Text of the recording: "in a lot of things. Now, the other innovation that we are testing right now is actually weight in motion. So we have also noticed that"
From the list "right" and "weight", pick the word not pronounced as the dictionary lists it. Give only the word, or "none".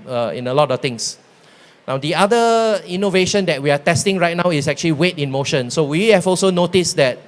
none